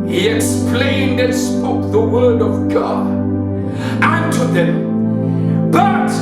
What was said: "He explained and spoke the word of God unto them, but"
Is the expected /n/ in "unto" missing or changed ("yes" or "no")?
no